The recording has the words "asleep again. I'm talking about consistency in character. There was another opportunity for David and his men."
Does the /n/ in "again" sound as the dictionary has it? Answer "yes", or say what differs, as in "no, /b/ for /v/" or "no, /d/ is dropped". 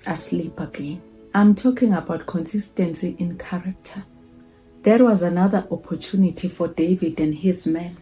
yes